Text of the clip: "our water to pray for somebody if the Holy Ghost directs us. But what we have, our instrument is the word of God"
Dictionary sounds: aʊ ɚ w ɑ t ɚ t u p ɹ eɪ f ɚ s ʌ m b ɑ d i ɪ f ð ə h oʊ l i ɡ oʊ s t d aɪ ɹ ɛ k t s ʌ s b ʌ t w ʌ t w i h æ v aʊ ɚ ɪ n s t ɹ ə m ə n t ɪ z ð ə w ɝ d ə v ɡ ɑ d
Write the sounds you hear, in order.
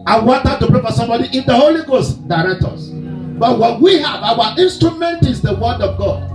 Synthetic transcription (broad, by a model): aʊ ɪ w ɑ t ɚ t u p ɹ eɪ f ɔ s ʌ m b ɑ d i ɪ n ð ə h oʊ l i ɡ oʊ s t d aɪ ɹ ɛ k t ʌ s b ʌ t w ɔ t w i h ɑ v aʊ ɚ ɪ n s t ɹ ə m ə n t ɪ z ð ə w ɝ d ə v ɡ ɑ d